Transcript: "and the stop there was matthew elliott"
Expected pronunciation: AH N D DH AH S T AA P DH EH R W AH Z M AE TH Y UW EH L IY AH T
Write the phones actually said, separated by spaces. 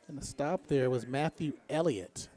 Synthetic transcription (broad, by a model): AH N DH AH S T AA P DH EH R W AH Z M AE TH Y UW EH L IY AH T